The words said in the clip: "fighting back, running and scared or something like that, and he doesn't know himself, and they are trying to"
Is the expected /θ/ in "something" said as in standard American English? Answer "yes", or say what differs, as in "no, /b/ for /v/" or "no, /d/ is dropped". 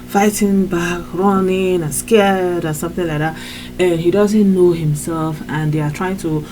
yes